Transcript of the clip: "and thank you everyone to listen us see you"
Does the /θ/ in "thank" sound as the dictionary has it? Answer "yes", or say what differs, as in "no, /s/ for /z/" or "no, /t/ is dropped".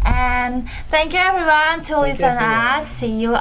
yes